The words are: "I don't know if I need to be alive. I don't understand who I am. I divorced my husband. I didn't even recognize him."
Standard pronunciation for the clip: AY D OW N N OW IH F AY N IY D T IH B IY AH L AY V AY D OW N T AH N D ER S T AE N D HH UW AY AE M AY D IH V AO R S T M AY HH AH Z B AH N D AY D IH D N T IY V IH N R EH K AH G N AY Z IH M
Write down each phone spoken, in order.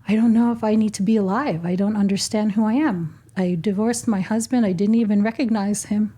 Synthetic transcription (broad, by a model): AY D OW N N OW IH F AY N IY D T IH B IY AH L AY V AY D OW N T AH N D ER S T AE N D HH UW AY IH M AY D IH V AO R S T M AY HH AH Z B AH N D AY D IH D N T IY V IH N R EH K AH G N AY Z IH M